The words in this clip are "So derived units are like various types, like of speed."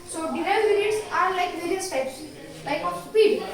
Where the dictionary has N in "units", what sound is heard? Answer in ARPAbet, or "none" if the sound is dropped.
none